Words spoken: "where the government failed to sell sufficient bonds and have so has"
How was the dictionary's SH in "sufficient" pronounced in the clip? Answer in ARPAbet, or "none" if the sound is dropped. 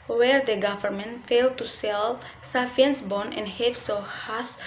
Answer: none